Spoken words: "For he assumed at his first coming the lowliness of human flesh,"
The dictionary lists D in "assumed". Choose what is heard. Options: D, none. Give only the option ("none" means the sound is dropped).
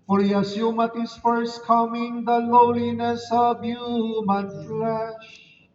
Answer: none